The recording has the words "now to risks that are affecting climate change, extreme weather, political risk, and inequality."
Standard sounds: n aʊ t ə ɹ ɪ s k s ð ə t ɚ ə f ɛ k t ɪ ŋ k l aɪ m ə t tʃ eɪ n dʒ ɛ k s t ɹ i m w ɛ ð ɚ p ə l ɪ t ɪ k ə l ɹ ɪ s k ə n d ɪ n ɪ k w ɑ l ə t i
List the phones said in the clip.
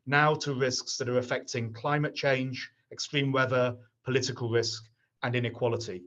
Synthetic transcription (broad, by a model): n aʊ t ə ɹ ɪ s k s ð ə t ɚ ə f ɛ k t ɪ ŋ k l aɪ m ə t tʃ eɪ n dʒ ɛ k s t ɹ i m w ɛ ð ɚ p ə l ɪ t ɪ k ə l ɹ ɪ s k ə n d ɪ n ɪ k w ɑ l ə t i